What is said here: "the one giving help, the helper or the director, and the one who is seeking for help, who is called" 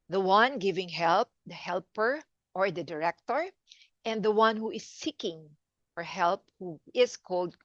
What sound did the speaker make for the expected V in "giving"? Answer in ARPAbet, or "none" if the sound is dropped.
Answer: V